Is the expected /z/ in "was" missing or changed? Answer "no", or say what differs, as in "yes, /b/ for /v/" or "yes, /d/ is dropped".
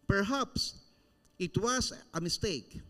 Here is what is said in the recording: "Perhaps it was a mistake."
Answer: yes, /s/ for /z/